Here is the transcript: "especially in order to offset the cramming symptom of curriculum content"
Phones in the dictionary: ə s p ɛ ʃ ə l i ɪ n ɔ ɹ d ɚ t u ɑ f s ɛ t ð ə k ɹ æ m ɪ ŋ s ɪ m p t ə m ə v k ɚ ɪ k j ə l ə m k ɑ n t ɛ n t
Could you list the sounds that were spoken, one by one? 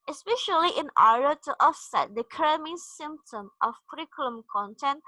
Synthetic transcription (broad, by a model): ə s p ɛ ʃ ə l i ɪ n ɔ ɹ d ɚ t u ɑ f s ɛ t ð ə k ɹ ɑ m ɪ s ɪ m p t ə m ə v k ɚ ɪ k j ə l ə m k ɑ n t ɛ n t